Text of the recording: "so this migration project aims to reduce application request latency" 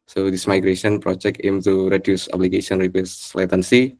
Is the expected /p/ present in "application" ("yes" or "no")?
no